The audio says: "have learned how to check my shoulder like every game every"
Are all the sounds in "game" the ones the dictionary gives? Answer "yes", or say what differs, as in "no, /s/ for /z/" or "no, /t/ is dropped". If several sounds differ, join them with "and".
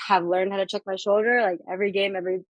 yes